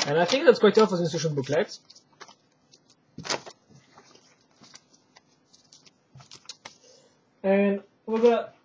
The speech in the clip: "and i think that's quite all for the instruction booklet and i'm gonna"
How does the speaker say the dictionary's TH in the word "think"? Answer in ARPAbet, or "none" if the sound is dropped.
TH